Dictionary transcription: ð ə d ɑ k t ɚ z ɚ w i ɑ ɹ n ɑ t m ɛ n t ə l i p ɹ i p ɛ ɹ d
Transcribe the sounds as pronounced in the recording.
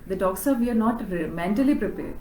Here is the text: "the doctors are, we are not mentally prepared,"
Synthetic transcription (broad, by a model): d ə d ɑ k s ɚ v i ɑ ɹ n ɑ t m ɛ n t ə l i p ɹ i p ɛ ɹ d